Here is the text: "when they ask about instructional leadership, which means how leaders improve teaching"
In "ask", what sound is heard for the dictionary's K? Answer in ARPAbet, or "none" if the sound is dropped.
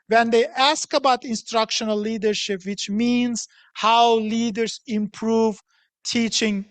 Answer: K